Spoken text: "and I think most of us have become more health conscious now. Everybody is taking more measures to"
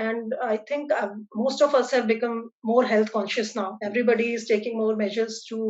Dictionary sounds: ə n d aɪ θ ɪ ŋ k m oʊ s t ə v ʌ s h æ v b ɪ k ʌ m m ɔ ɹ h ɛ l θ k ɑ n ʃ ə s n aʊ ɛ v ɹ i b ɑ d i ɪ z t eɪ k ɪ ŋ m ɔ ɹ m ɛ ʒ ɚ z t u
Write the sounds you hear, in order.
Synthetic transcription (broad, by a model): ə n d aɪ t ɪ ŋ k m oʊ s t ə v ʌ s h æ v b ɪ k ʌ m m ɔ ɹ h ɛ l t k ɑ n ʃ ə s n aʊ ɛ v ɹ i b ɑ d i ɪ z t eɪ k ɪ ŋ m ɔ ɹ m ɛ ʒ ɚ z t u